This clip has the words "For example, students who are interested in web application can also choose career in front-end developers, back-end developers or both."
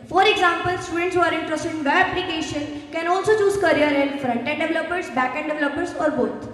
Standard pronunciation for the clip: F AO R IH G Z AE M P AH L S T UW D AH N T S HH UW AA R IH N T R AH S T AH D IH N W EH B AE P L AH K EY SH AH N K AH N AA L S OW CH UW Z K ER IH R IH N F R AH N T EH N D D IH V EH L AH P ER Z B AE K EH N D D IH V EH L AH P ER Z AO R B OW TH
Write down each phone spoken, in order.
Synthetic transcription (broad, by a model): F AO R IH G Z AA M P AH L S T UW D AH N T S HH UW AA R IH N T R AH S T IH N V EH AE P L AH K EY SH AH N K AH N AA L S OW CH UW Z K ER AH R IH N F R AH N T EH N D D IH V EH L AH P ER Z B AE K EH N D D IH V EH L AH P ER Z AO R B OW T